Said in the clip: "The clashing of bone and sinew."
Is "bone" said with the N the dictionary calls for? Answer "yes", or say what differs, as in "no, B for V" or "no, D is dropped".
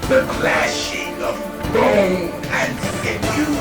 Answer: no, N is dropped